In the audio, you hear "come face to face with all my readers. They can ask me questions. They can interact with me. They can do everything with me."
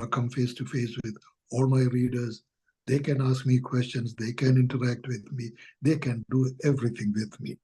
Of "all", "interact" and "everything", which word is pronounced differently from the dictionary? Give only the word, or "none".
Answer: everything